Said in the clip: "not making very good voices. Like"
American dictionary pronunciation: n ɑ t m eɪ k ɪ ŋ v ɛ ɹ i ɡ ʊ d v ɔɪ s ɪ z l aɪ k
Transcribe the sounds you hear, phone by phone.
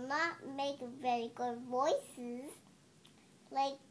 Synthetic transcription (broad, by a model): n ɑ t m eɪ ɪ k v ɛ ɹ i ɡ ʊ d v ɔɪ s ɪ z l aɪ k